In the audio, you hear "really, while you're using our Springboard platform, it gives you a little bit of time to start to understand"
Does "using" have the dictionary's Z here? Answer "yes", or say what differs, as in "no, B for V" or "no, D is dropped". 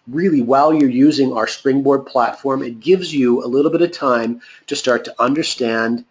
yes